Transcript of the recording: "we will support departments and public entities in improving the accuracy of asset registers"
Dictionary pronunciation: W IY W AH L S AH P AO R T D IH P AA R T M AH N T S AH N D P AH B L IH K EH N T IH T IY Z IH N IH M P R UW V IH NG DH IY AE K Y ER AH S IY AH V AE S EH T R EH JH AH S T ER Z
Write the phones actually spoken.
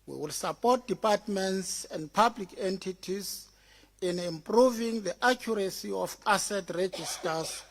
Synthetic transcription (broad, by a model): W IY W AH L S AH P AO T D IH P AA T M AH N T S AH N D P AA B L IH K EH N T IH T IY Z IH N IH M P R UW V IH NG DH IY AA K Y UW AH S IY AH F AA S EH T R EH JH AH S T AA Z